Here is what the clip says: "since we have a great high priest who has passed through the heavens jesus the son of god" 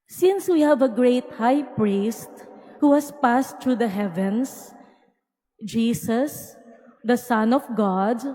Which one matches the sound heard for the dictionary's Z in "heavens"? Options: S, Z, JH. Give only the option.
S